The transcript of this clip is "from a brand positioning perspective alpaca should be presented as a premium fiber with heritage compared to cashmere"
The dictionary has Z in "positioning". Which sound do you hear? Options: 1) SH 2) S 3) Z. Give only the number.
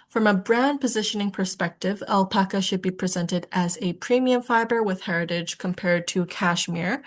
3